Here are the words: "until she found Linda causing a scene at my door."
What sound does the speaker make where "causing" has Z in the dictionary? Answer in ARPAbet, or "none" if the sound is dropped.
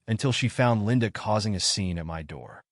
Z